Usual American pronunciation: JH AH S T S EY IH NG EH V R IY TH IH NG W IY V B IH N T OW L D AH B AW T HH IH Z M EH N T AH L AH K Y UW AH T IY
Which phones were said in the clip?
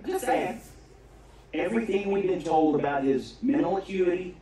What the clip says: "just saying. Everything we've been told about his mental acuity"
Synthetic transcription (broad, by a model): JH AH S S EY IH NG EH V R IY TH IH NG W IY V B IH N T OW L D AH B AW T HH IH Z M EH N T L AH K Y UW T IY